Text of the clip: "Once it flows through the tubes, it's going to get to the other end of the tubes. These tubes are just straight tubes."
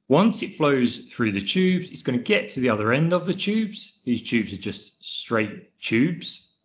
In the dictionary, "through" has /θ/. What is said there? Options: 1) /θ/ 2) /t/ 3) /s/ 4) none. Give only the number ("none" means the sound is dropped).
1